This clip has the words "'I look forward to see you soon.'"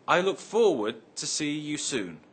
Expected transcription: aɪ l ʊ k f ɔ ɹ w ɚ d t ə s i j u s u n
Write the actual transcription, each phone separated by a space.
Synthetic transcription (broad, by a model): aɪ l ʊ k f ɔ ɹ w ɚ d t ə s i j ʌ s u n